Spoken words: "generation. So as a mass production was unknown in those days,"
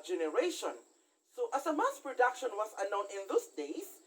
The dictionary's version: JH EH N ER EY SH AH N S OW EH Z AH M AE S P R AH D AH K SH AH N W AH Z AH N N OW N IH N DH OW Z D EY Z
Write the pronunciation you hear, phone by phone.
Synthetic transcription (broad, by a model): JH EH N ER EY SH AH N S OW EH S AH M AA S P R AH D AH K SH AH N W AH S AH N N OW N IH N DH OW S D EY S